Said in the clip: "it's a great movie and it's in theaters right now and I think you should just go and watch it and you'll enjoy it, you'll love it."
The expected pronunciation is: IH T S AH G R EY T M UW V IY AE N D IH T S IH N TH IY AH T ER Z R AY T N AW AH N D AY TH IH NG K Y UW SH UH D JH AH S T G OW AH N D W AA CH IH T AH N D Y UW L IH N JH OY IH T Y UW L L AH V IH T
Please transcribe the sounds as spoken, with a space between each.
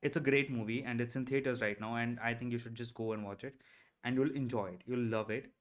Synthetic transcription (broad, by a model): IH T S AH G R EY T M UW V IY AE N D IH T S IH N T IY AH T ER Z R AY T N AW AH N D AY T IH NG K Y UW SH UH D JH AH S T G OW AH N D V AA CH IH T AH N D Y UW L IH N JH OY IH T Y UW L L AH V IH T